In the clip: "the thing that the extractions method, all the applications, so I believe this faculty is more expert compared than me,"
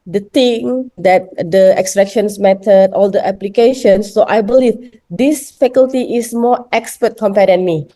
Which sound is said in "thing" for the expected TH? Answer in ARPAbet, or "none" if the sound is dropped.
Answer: T